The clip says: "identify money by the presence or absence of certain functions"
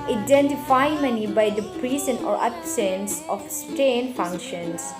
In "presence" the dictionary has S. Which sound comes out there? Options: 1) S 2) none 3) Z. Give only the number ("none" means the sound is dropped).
2